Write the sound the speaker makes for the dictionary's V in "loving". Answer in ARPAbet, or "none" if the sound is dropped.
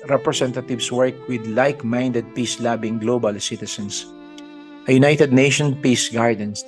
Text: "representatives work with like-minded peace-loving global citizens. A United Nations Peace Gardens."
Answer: B